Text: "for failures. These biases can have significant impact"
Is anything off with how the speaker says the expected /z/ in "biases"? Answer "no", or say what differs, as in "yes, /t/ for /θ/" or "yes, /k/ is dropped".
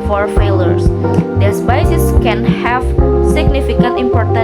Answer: yes, /s/ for /z/